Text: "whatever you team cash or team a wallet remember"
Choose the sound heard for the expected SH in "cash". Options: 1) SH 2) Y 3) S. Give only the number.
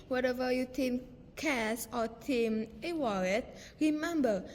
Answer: 3